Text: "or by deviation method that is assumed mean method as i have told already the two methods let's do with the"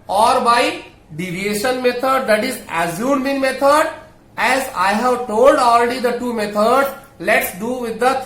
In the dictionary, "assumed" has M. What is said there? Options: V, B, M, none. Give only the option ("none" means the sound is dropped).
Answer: none